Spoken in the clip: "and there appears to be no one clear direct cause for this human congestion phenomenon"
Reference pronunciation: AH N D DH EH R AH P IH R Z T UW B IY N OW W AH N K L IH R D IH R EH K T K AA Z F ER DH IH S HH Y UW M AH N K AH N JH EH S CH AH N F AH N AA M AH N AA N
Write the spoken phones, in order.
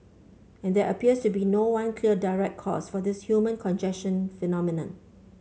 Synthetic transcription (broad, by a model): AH N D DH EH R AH P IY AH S T UW B IY N OW W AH N K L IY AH D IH R EH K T K AA S F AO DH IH S HH Y UW M AH N K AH N JH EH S SH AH N F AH N AA M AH N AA N